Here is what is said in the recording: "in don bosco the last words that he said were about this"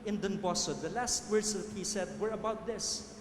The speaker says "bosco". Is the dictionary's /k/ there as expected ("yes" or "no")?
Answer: no